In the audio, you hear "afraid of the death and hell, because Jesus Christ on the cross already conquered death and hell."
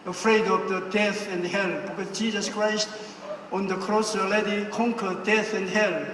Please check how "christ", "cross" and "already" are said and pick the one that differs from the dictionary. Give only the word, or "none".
already